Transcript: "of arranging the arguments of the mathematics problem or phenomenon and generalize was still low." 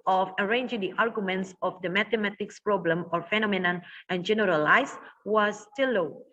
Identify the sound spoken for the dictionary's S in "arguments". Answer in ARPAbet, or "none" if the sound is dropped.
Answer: S